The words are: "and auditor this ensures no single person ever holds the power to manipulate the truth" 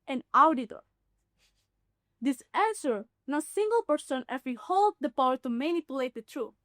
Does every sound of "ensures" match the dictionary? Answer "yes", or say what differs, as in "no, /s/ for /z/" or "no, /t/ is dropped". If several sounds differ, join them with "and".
no, /s/ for /ʃ/ and /z/ is dropped